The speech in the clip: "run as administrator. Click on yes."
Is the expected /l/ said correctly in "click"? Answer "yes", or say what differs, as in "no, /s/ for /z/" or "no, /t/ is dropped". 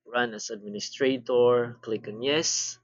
yes